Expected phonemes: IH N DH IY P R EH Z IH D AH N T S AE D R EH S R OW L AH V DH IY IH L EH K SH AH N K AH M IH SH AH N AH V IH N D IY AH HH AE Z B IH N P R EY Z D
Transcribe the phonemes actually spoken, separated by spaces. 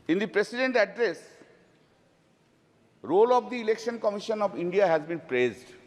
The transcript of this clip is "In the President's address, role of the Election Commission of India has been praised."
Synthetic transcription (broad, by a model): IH N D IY P R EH S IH D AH N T AE D R EH S R OW L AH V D IY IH L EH K SH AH N K AH M IH SH AH N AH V IH N D IY AH HH AE Z B IH N P R EY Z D